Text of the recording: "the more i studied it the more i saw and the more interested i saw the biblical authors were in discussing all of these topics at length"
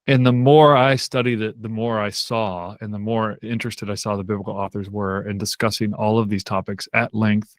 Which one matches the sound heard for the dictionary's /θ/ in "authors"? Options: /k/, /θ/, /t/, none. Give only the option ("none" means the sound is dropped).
/θ/